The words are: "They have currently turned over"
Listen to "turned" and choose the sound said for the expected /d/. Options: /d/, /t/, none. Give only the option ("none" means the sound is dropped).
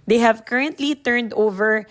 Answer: /d/